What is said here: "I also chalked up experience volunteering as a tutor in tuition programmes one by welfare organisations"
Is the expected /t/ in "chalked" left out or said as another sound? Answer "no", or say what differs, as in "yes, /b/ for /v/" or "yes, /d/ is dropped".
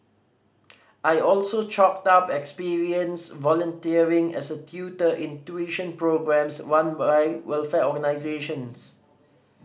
no